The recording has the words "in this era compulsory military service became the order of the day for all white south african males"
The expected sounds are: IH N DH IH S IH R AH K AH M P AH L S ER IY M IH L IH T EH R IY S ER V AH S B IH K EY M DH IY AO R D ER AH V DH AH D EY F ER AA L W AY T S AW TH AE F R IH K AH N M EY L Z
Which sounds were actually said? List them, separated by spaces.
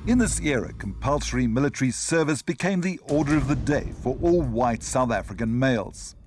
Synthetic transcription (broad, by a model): IH N DH IH S IH R AH K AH M P AH L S ER IY M IH L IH T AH R IY S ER V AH S B IH K EY M DH IY AO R D ER AH V DH AH D EY F ER AA L W AY T S AW TH AE F R IH K AH N M EY L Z